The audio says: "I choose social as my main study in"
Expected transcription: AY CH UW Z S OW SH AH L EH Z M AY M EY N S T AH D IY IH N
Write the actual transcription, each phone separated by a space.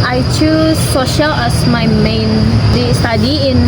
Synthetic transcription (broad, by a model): AY CH UW S OW SH AH L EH S M AY M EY N S T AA D IY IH N